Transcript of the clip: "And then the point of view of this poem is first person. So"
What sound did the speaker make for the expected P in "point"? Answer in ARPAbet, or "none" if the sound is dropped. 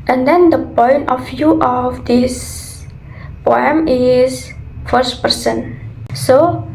P